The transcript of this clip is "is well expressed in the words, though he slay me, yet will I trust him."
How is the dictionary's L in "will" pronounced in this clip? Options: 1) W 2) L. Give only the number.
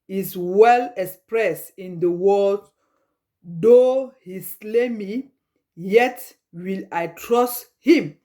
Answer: 2